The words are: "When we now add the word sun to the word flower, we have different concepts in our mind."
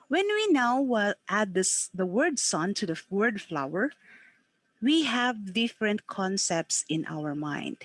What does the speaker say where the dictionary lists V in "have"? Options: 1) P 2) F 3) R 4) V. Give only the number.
4